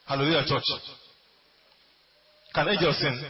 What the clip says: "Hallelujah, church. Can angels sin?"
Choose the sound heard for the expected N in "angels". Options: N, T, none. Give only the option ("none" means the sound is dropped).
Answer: none